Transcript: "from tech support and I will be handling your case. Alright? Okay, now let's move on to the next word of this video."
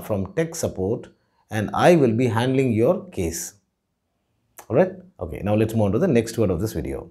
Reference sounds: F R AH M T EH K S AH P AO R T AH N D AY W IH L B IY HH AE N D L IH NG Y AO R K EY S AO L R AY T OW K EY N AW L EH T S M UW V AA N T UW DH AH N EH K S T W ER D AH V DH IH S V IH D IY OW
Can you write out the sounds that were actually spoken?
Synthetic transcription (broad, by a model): F R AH M T EH K S AH P AO R T AH N D AY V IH L B IY HH AE N D L IH NG Y AO R K EY S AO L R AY T OW K EY N AW L EH T S M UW IH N T UW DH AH N EH K S T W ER D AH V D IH S V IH D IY OW